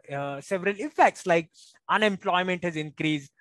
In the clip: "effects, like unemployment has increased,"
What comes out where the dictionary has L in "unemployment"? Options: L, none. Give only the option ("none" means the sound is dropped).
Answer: L